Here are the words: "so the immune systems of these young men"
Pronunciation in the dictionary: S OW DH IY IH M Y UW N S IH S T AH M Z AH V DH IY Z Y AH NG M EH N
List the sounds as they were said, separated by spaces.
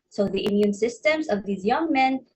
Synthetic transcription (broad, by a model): S OW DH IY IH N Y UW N S IH S T AH M Z AH V DH IY Z Y AH NG M EH N